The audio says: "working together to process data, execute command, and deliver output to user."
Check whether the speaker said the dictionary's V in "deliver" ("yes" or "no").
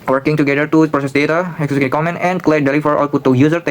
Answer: no